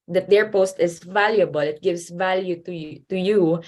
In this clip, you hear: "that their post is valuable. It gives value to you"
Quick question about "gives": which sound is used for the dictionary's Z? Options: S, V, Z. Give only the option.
S